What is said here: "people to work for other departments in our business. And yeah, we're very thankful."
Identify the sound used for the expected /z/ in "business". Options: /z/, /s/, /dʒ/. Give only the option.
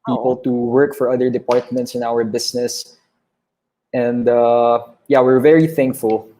/s/